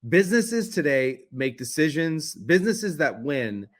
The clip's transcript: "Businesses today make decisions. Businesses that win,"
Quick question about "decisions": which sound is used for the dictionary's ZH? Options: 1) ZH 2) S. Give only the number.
1